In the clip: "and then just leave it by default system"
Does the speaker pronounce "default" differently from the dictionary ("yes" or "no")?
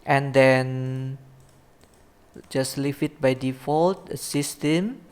no